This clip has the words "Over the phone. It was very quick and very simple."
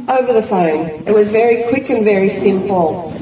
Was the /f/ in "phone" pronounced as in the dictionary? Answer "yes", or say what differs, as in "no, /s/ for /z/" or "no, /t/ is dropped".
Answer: yes